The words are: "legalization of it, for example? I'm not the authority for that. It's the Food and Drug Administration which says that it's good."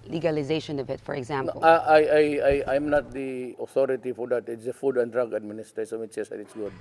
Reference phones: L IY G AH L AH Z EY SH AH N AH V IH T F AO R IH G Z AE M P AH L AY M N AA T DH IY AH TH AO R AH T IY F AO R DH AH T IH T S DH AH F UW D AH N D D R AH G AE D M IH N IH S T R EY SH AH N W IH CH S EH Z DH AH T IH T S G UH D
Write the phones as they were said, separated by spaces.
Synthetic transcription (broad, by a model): L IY G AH L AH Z EY SH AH N AH V IH T F AO R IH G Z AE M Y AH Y AY M N AA T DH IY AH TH AO R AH T IY F AO R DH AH T IH T S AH F UW D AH N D D R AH G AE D M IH N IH S T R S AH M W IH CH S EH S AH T IH T S G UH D